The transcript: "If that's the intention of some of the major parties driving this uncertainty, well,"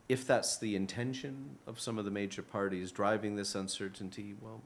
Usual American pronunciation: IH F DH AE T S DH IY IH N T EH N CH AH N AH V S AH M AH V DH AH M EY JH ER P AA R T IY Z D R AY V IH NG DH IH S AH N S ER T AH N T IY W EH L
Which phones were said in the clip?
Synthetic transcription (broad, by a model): IH F DH AE T S DH IY IH N T EH N SH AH N AH V S AH M AH V DH AH M EY JH ER P AA R T IY Z D R AY V IH NG DH IH S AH N S ER T N T IY W EH L